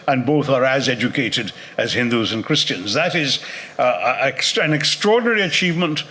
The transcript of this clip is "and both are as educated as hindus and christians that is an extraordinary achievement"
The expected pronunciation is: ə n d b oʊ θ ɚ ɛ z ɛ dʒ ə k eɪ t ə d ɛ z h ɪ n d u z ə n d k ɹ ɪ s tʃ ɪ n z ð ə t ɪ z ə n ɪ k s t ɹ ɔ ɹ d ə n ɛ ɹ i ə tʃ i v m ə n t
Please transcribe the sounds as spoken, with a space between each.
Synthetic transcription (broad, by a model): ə n b oʊ θ ɚ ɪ z ɛ dʒ ə k eɪ t ə d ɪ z h ɪ n d u z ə n k ɹ ɪ s tʃ ɪ n z ð ə t ɪ z ə n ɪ k s t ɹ ɔ ɹ d n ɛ ɹ i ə tʃ i v m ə n t